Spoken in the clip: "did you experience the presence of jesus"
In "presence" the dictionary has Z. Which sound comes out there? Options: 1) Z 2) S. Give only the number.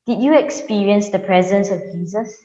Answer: 1